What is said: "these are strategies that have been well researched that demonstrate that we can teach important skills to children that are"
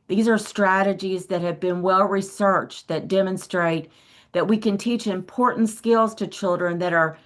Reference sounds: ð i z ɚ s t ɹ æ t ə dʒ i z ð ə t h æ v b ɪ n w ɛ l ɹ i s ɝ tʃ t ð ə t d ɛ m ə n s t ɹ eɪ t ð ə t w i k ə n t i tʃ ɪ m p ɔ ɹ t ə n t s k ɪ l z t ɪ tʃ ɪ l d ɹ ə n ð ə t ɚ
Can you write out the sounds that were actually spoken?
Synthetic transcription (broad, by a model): ð i z ɚ s t ɹ æ t ə dʒ i z ð ə t h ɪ v b ɪ n w ɛ l ɹ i s ɝ tʃ ð ə t d ɛ m ə n s t ɹ eɪ t ð ə t w i k ə n t i tʃ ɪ m p ɔ ɹ t n t s k ɪ l z t ɪ tʃ ɪ l d ɹ ə n ð ə t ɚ